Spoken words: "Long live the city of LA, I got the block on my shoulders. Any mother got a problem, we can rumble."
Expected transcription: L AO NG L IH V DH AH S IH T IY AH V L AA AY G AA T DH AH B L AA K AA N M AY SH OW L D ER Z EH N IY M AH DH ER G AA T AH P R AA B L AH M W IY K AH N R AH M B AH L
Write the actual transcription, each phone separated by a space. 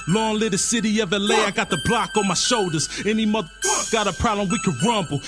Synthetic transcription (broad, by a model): L AO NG L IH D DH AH S IH T IY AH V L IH AY G AA T DH AH B L AA K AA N M AY SH OW L D ER Z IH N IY M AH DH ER G AA T AH P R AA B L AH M W IY K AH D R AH M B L